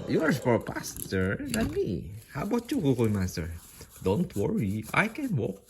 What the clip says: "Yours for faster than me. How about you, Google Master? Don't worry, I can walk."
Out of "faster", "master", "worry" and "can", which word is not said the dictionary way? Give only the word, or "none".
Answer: faster